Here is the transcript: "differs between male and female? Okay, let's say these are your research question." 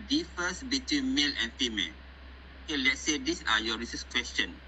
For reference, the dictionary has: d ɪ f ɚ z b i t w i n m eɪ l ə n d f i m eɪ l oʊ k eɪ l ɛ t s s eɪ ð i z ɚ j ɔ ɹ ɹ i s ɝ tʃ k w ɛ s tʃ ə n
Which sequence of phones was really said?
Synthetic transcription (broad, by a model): d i f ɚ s b i t w i n m eɪ l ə n f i m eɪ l oʊ k eɪ l ɛ t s s eɪ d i s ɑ j ɔ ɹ ɹ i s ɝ s k w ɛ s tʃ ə n